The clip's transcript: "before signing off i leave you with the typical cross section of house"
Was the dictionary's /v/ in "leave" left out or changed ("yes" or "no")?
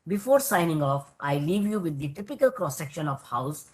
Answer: no